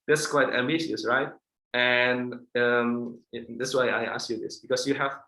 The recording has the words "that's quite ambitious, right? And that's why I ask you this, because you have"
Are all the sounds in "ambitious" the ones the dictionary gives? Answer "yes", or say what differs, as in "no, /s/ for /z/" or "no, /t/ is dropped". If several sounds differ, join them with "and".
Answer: no, /b/ is dropped